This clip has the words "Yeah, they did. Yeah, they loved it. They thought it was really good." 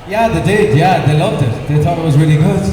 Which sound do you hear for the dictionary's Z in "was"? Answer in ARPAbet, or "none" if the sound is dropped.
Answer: Z